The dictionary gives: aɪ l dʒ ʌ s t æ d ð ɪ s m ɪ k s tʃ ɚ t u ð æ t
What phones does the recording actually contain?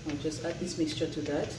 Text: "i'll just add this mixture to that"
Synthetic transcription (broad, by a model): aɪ dʒ ʌ s t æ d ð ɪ s m ɪ k s tʃ ɚ t u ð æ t